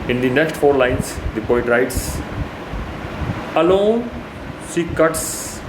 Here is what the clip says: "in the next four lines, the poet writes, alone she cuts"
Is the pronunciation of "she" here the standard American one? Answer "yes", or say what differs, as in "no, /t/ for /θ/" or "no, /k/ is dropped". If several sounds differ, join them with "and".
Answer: no, /s/ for /ʃ/